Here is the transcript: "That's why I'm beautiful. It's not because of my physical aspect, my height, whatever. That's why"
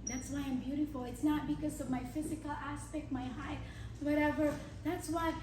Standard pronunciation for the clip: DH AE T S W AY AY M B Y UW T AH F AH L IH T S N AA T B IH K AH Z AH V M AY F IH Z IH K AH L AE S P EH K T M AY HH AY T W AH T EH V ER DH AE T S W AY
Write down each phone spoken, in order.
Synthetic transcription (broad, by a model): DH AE T S W AY AY M B Y UW T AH F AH L IH T S N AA T B IH K AH Z AH V M AY F IH Z IH K AH L AE S P EH K T M AY HH AY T W AH T EH V ER DH AE T S W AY